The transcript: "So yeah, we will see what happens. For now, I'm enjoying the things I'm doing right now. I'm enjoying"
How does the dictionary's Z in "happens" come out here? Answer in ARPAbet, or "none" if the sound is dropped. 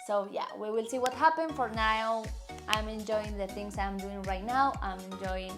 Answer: none